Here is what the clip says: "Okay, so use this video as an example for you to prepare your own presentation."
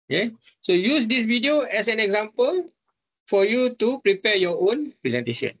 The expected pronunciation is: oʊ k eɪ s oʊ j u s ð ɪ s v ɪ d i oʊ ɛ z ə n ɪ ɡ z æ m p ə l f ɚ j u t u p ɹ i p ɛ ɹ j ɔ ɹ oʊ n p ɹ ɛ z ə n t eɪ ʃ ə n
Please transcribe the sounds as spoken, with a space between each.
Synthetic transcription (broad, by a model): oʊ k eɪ s oʊ j u s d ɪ s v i d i oʊ ɛ s ə n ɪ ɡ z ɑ m p ə l f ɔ j u t u p ɹ i p ɛ j ɔ oʊ n p ɹ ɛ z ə n t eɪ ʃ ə n